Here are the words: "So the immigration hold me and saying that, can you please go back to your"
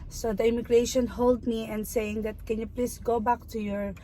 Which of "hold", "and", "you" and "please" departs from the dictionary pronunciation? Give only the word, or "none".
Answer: please